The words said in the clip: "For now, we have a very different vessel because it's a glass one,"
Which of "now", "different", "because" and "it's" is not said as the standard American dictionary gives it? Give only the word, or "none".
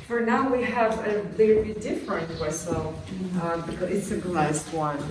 because